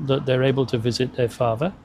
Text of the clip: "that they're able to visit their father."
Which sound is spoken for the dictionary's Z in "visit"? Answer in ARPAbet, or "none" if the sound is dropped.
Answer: Z